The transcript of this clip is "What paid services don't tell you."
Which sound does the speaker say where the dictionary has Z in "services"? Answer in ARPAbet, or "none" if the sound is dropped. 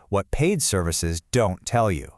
Z